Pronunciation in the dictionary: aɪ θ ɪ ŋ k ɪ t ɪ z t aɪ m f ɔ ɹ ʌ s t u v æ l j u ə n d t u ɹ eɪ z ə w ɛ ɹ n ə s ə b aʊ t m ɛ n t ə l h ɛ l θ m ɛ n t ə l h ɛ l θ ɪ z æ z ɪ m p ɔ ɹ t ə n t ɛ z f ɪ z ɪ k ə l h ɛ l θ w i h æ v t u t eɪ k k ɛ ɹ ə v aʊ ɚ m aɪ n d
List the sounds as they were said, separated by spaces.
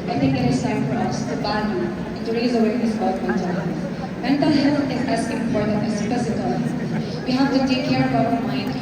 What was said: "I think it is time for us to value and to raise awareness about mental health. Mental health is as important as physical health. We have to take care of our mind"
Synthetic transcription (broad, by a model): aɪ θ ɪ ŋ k ɪ t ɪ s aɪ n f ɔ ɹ ʌ s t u b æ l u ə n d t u ɹ eɪ z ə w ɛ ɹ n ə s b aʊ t m ɛ n t ə l h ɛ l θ m ɛ n t ə l h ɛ l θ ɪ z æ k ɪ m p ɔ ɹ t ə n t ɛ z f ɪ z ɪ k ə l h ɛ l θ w i h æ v t u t eɪ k k ɛ ɹ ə b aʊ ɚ m aɪ n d